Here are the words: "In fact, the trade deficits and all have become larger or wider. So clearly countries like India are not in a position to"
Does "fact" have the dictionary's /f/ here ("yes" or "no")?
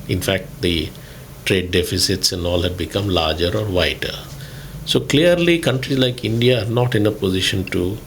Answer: yes